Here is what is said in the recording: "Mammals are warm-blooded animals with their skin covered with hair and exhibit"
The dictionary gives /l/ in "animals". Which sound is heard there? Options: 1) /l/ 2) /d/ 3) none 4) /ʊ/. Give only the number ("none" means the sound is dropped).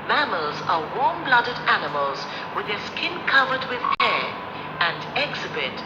1